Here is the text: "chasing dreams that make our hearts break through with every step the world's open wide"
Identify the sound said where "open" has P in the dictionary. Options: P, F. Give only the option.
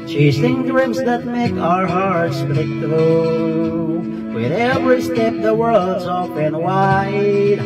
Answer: F